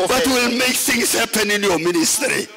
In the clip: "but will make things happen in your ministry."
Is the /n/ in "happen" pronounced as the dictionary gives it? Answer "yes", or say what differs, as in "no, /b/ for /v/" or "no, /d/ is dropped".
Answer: yes